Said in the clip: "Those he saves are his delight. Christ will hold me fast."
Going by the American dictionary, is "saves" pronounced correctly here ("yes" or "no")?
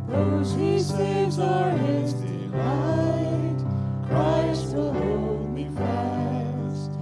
no